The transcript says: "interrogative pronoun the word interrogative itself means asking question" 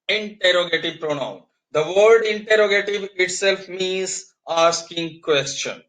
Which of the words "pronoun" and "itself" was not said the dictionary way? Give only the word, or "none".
none